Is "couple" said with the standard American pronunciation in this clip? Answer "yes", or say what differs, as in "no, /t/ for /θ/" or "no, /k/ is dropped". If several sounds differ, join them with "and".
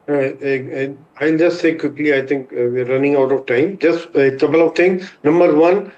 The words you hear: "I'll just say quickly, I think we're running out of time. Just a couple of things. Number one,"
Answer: no, /b/ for /p/